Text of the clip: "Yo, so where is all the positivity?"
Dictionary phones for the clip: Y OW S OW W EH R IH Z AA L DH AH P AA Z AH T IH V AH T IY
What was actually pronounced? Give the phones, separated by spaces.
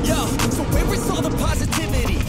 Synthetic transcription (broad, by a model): Y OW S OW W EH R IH S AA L DH AH P AA Z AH T IH V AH T IY